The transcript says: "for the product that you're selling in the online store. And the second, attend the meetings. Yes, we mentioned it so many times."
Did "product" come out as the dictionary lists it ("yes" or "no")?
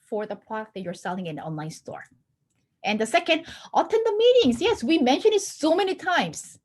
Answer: no